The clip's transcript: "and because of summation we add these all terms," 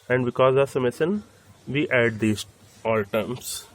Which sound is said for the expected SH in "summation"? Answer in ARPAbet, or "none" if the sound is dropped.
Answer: S